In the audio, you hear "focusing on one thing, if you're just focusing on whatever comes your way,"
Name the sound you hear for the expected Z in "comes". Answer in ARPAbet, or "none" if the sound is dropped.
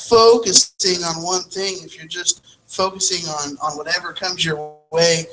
Z